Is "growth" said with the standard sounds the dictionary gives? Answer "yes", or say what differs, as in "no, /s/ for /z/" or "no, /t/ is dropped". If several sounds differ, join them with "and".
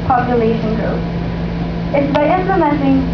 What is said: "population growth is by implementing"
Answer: no, /s/ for /θ/